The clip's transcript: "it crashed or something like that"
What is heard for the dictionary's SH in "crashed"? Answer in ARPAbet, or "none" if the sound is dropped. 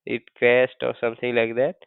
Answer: S